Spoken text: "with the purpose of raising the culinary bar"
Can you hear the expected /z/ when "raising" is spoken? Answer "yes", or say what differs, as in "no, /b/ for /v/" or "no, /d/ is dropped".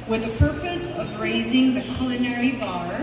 yes